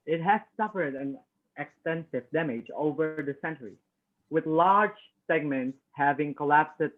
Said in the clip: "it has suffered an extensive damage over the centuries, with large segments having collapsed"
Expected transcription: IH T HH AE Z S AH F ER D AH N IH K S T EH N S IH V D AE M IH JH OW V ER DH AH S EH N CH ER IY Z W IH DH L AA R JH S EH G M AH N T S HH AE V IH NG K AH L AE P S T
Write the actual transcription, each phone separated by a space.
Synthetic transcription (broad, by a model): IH T HH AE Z S AH F ER D AH N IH K S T EH N S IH V D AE M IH JH OW V ER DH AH S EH N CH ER IY W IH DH L AA R JH S EH G M AH N T S HH AE V IH NG K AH L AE P S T